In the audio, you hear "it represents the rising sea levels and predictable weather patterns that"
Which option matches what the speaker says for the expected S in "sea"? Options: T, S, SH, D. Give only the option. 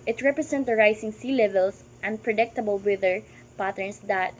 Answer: S